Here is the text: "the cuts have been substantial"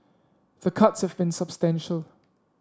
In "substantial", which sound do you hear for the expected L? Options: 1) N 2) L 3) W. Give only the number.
2